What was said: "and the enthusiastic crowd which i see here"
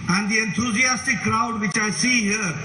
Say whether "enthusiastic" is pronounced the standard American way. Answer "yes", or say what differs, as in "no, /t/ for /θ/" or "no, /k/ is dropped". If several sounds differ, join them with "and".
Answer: no, /t/ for /θ/